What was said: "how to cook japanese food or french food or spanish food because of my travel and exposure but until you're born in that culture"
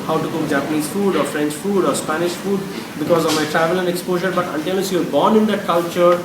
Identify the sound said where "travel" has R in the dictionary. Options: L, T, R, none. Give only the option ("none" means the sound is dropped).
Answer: R